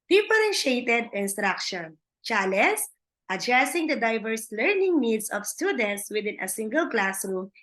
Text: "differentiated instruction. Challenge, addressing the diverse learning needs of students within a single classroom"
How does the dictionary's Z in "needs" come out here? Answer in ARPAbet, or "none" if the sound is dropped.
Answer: S